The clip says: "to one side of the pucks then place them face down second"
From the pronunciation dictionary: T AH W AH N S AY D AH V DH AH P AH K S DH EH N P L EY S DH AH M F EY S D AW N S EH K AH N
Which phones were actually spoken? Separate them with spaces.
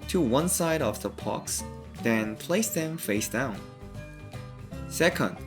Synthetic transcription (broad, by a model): T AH W AH N S AY D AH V DH AH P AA K S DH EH N P L EY S DH AH M F EY S D AW N S EH K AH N